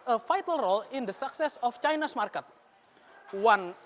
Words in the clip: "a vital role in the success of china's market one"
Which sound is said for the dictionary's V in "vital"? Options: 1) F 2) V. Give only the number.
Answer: 1